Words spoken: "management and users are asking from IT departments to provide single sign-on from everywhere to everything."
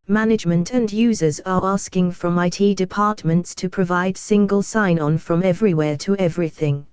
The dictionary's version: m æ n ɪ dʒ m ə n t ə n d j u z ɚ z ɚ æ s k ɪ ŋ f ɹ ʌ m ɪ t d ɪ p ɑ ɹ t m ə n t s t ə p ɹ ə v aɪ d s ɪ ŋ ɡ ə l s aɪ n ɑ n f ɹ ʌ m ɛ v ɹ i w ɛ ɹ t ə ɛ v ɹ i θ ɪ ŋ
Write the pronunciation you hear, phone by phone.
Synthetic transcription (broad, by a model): m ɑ n ɪ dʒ m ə n t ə n j u z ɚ z ɚ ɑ s k ɪ ŋ f ɹ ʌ m ɪ t d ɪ p ɑ t m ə n t s t ə p ɹ ə v aɪ d s ɪ ŋ ɡ ə l s aɪ n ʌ n f ɹ ʌ m ɛ v ɹ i w ɛ t ə ɛ v ɹ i θ ɪ ŋ